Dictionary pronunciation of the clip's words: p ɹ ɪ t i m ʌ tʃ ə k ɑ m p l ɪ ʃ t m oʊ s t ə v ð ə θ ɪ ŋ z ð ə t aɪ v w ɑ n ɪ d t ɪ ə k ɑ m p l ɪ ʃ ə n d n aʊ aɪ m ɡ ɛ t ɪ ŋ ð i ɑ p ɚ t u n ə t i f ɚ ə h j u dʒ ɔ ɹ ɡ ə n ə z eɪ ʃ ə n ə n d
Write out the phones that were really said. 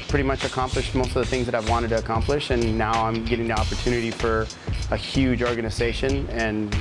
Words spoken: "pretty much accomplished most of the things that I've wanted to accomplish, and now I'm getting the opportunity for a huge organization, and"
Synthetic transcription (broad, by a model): p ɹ ɪ t i m ʌ tʃ ə k ɑ m p l ɪ ʃ t m oʊ s t ə v ð ə θ ɪ ŋ z ð ə t aɪ v w ɑ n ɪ d t ɪ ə k ɑ m p l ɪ ʃ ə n n aʊ aɪ m ɡ ɛ t ɪ ŋ ð i ɑ p ɚ t u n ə t i f ɚ ə h j u dʒ ɔ ɹ ɡ ə n ə z eɪ ʃ ə n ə n